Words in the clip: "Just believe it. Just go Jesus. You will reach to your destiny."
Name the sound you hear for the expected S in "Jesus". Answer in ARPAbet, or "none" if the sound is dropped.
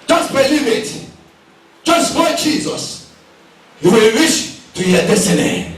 S